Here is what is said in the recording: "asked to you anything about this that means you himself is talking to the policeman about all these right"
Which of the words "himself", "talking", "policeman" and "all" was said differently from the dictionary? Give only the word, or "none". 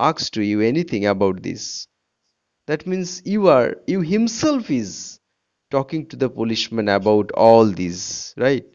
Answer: policeman